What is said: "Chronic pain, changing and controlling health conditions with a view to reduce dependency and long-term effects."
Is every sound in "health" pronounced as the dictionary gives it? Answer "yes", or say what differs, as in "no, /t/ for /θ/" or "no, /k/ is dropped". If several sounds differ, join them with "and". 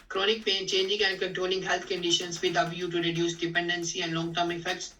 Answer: no, /t/ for /θ/